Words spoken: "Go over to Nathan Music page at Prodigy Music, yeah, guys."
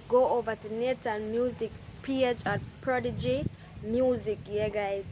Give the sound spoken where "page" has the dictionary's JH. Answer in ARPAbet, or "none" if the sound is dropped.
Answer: CH